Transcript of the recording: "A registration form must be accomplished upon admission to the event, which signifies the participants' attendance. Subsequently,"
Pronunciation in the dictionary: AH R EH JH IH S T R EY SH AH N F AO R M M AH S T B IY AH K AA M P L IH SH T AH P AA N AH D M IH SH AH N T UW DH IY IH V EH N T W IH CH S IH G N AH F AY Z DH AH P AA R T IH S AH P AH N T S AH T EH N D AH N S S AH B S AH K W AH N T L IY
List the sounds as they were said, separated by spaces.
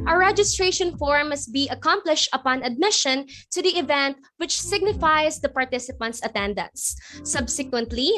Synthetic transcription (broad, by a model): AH R EH JH IH S T R EY SH AH N F AO R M M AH S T B IY AH K AA M P L IH SH T AH P AA N AH D M IH SH AH N T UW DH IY IH V EH N T W IH CH S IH G N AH F AY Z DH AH P AA R T IH S AH P AH N T S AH T EH N D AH N S S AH B S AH K W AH N T L IY